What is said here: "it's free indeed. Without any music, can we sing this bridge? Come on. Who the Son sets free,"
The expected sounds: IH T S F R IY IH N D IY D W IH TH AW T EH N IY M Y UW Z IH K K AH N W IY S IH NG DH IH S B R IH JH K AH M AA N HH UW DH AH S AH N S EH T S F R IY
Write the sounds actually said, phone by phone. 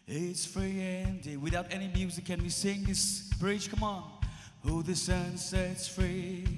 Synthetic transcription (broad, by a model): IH T S F R IY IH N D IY W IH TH AW T EH N IY M Y UW Z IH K K AH N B IY S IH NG DH IH S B R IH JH K AH M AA N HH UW DH AH S AH N S EH T S F R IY